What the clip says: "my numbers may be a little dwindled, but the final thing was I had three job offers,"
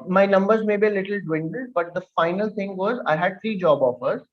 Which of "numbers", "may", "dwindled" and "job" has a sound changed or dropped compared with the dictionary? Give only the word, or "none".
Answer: none